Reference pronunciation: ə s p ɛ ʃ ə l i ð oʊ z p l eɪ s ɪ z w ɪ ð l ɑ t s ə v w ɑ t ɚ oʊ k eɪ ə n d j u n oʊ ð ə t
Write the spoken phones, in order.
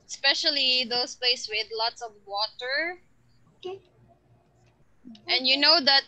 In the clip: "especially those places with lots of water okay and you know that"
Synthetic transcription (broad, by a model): s p ɛ ʃ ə l i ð oʊ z p l eɪ ɪ s w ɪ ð l ɑ t s ə v w ɑ t ɚ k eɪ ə n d j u n oʊ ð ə t